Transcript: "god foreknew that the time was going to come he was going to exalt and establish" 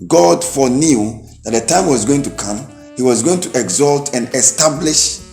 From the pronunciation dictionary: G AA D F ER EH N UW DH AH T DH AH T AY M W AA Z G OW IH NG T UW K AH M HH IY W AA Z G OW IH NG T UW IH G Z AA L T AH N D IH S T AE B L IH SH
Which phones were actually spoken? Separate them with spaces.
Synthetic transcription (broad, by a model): G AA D F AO N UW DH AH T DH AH T AY M W AA Z G OW IH NG T UW K AH M HH IY W AA Z G OW IH NG T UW IH G Z AA L T AH N D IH S T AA B L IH SH